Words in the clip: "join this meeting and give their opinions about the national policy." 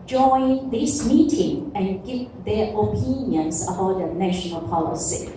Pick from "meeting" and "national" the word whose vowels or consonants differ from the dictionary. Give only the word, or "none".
none